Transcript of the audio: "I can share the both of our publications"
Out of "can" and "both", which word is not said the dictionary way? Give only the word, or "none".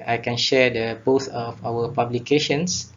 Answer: both